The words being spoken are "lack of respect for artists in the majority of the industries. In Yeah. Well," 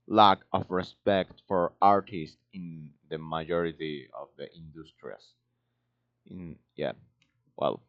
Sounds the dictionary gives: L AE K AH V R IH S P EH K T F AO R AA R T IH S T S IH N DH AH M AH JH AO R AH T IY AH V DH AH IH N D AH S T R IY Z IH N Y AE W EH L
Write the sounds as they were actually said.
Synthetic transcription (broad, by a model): L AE K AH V R IH S P EH K T F AO R AA R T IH S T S IH N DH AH M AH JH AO R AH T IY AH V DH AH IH N D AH S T R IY S IH N Y AE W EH L